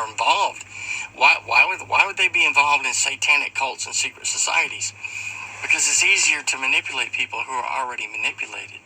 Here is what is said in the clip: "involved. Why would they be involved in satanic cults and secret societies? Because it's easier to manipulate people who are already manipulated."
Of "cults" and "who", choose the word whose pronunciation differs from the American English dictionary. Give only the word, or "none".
none